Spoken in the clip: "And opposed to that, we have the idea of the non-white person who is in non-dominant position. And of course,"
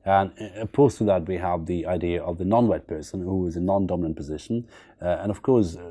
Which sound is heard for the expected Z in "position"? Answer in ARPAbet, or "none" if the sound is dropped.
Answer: Z